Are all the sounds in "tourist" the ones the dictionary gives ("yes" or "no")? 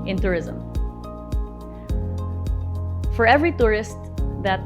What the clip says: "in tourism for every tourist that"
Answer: yes